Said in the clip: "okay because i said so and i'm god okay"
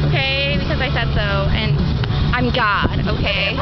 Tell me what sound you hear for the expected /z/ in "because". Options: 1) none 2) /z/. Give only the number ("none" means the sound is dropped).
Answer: 2